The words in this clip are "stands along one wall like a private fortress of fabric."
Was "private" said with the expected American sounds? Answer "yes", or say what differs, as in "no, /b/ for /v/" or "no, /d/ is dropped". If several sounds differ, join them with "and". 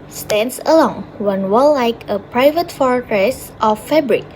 yes